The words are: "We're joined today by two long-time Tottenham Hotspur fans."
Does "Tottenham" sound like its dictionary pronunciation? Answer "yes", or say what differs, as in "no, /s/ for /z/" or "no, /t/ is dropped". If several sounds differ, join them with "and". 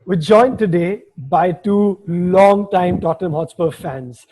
no, /n/ is dropped